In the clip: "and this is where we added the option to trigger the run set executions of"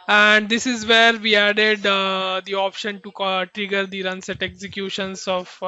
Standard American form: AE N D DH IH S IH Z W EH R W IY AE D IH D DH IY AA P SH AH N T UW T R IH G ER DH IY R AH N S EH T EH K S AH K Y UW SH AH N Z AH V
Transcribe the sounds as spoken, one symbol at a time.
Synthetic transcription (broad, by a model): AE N D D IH S IH Z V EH R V IY AE D IH D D IY AA P SH AH N T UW T R IH G ER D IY R AH N S EH T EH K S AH K Y UW SH AH N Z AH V